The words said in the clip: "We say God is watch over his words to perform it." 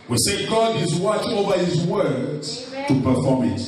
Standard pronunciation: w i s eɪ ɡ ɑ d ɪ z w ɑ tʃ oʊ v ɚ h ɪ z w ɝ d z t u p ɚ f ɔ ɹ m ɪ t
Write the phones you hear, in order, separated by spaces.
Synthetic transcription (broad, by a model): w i s eɪ ɡ ɑ d ɪ z w ɑ tʃ oʊ v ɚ h ɪ z w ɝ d t u p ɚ f ɔ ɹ m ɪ t